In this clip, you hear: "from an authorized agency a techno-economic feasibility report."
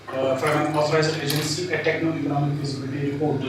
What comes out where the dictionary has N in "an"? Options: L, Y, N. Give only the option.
L